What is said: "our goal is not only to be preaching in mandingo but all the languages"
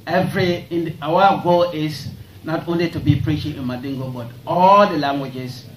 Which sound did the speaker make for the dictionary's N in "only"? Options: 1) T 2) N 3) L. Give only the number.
2